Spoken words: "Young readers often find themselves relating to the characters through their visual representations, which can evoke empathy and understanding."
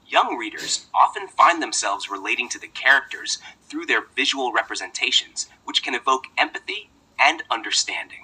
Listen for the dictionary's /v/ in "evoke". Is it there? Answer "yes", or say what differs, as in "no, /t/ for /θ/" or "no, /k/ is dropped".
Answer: yes